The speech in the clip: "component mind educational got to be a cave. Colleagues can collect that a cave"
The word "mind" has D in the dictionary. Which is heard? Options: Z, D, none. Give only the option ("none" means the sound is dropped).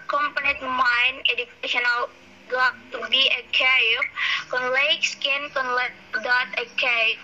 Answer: none